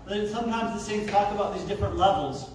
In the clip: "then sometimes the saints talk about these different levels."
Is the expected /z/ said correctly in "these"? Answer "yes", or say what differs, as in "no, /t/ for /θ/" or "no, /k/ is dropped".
yes